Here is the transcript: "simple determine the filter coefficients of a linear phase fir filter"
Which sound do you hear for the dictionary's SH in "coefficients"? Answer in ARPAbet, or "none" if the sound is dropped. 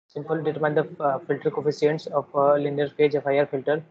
S